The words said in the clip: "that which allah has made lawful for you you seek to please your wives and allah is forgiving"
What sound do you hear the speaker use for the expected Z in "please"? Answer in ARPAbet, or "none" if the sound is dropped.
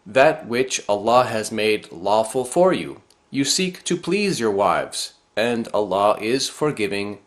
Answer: Z